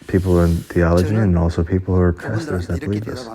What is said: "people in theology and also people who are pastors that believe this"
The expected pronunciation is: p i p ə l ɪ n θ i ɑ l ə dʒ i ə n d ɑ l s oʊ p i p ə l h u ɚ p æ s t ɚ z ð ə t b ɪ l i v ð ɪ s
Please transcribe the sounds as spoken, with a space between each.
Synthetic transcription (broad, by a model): p i p l ɪ n θ i ɑ l ə dʒ i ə n ɑ l s oʊ p i p l h u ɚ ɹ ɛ s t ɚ z ð ə t b ɪ l i v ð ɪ s